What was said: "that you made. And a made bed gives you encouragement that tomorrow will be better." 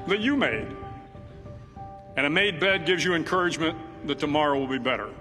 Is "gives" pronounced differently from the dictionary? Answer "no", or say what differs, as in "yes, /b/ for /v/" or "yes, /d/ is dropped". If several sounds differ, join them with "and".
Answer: no